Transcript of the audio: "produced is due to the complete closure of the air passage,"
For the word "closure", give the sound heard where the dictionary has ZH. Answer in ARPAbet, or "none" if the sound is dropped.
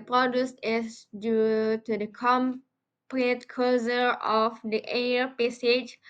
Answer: Z